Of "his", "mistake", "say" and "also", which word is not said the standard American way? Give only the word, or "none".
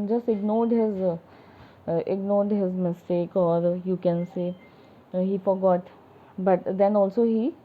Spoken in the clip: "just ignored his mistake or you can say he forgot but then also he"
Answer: none